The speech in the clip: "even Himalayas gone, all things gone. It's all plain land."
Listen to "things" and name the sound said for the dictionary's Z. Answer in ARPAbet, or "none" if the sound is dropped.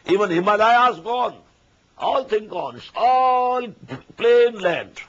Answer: none